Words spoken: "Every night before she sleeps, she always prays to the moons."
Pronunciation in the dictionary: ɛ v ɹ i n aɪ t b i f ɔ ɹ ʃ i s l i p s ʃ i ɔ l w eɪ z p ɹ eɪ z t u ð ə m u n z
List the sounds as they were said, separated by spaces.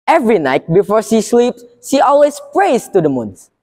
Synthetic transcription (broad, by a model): ɛ v ɹ i n aɪ t b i f ɔ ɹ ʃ i s l i p s ʃ i ɔ l w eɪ s p ɹ eɪ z t u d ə m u n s